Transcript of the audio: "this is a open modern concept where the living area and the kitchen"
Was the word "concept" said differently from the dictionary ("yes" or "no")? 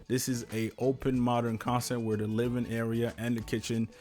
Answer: yes